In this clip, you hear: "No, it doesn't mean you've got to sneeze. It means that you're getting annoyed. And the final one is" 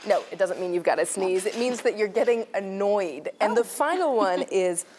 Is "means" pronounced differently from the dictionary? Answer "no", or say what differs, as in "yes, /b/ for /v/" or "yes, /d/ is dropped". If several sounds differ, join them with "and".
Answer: no